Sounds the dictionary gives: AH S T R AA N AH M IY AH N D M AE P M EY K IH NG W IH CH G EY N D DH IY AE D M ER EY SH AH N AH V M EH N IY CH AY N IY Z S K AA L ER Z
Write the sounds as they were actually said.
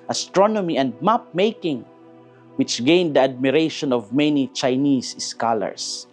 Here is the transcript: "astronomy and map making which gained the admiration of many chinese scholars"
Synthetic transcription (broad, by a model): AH S T R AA N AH M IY AH N D M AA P M EY K IH NG W IH CH G EY N D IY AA D M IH EY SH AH N AH V M EH N IY CH AY N IY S S K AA L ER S